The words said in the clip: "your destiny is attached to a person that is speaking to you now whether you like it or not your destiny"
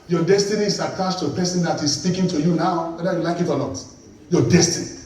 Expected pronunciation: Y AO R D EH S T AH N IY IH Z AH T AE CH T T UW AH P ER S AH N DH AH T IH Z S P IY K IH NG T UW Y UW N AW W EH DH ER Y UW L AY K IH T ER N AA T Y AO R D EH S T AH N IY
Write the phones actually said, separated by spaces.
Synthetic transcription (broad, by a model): Y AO D EH S T AH N IY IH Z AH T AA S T T UW AH P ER S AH N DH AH T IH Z S P IY K IH NG T UW Y UW N AW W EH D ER Y UW L AY K IH T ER L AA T Y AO D EH S T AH N IY